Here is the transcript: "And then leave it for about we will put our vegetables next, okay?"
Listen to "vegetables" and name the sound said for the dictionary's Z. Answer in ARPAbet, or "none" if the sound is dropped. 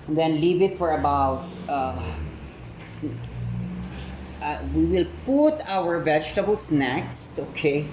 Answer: S